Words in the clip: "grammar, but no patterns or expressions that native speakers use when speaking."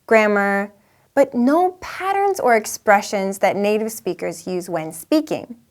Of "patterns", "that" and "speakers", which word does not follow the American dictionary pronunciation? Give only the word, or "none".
none